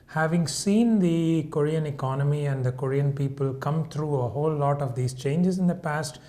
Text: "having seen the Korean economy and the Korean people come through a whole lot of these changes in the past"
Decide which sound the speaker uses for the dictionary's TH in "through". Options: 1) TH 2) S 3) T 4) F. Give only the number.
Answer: 3